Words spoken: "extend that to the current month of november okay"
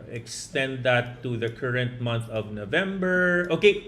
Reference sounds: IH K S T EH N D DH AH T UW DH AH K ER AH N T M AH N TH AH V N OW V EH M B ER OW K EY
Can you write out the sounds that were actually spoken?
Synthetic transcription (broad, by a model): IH K S T EH N D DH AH T UW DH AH K ER AH N T M AH N TH AH V N OW V EH M B ER OW K EY